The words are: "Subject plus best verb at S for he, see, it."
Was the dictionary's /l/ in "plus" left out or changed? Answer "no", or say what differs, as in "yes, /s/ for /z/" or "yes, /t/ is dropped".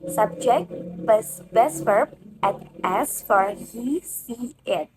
yes, /l/ is dropped